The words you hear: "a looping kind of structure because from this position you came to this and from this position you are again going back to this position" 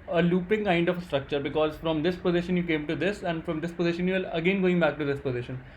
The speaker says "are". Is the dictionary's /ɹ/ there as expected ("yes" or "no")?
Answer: no